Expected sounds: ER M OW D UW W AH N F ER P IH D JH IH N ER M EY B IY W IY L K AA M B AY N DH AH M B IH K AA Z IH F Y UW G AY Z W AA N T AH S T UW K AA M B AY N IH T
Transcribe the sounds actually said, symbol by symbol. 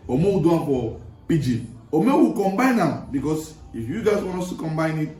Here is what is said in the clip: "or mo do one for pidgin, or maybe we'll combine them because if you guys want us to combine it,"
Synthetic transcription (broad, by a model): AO M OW D UW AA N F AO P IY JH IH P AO M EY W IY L K AA M B AY N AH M B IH K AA S IH F Y UW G AY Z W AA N AO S T UW K AA M B AY N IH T